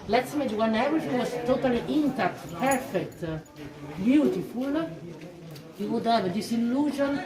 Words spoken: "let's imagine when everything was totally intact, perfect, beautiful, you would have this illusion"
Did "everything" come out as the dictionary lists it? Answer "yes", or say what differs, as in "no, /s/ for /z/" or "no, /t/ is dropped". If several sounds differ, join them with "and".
no, /ɹ/ is dropped